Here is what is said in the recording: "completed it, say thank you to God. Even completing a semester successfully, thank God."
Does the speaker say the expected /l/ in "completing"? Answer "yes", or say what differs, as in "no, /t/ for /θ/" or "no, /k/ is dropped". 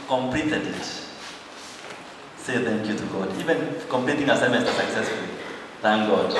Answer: yes